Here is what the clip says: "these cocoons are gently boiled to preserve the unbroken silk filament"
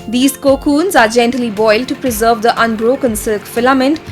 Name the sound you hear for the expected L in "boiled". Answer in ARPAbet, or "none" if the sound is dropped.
L